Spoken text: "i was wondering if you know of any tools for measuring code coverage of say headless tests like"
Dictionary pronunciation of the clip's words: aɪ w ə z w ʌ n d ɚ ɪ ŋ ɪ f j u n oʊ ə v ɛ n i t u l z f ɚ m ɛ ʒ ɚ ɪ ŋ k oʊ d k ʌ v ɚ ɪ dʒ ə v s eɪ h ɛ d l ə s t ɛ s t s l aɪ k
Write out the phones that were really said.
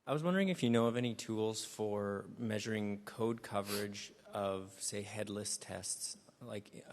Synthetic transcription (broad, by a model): aɪ w ə z w ʌ n d ɚ ɪ ŋ ɪ f j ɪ n oʊ ə v ɛ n i t u l z f ɚ m ɛ ʒ ɚ ɪ ŋ k oʊ d k ʌ v ɚ ɪ dʒ ə v s eɪ h ɛ d l ə s t ɛ s t s l aɪ k